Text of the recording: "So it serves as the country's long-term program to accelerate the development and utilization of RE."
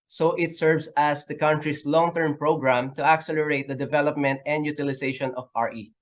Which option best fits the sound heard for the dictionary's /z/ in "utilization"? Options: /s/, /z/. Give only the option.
/s/